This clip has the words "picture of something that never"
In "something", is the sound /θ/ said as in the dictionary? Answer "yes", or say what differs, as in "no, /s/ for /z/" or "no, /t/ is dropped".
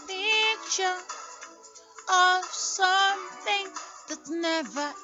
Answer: yes